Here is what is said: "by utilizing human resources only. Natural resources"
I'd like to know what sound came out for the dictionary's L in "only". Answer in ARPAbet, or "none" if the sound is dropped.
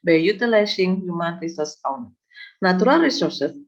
none